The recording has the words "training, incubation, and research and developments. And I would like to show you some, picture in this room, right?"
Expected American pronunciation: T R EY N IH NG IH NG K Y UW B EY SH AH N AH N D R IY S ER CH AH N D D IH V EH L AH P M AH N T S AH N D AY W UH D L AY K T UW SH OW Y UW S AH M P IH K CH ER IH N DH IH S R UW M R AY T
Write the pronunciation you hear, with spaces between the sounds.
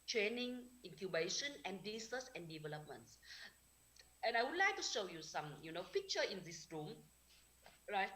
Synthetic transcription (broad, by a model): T R EY N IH NG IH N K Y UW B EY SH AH N AH N D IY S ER S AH N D D IH V EH L AH P M AH N T S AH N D AY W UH D L AY K T UW SH OW Y UW S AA M P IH K CH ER IH N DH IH S R UW M R AY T